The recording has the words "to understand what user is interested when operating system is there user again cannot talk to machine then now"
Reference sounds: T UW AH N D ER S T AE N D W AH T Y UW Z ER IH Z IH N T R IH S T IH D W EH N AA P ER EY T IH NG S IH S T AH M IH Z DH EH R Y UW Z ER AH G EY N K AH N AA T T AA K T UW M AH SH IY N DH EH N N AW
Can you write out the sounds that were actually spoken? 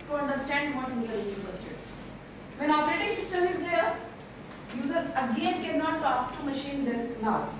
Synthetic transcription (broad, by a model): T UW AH N D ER S T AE N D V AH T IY S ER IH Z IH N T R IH S T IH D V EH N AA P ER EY T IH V S IH S T AH M IH Z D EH R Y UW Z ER AH G EY N K AH N AA T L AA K T UW M AH SH IY N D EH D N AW